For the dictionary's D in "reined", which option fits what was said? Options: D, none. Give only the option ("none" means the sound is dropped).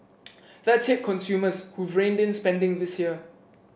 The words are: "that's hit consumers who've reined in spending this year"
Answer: D